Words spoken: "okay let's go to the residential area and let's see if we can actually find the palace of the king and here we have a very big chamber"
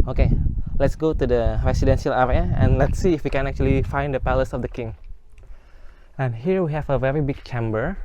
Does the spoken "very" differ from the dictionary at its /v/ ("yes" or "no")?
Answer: no